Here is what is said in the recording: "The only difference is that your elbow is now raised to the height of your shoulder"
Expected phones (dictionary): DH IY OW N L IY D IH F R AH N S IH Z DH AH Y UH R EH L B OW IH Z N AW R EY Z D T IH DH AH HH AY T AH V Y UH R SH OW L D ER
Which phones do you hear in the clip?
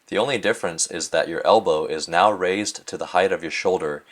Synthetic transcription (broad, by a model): DH IY OW N L IY D IH F R AH N S IH Z DH AH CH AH R EH L B OW IH Z N AW R EY Z T IH DH AH HH AY T AH V Y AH R SH OW L D ER